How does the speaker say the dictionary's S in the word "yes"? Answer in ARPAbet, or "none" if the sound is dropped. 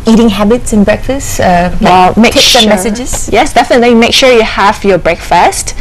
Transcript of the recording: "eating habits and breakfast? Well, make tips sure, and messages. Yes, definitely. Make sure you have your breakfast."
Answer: S